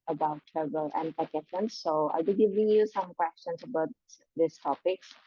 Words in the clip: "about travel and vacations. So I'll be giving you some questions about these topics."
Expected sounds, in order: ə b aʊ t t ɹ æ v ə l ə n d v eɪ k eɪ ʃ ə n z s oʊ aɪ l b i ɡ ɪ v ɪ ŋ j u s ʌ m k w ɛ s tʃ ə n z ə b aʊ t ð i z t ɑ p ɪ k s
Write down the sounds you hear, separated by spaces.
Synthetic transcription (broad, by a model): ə b aʊ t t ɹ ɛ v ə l ə n d p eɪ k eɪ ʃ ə n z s oʊ aɪ l b i ɡ ɪ v ɪ ŋ j u s ʌ m k w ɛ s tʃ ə n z ə b aʊ t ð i s t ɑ p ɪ k s